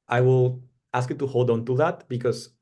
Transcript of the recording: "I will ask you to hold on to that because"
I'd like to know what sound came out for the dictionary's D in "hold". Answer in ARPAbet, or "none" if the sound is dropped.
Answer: D